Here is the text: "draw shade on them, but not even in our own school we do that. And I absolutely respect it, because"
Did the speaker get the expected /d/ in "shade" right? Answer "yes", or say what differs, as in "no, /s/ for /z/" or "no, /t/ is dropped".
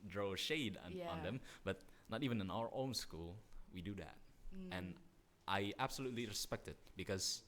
yes